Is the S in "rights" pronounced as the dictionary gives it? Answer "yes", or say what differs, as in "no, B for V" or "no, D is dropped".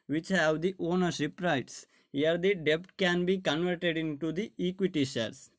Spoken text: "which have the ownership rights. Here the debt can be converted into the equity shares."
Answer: yes